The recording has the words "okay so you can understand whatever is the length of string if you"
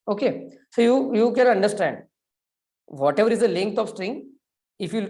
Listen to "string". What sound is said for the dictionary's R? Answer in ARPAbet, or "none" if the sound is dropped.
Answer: R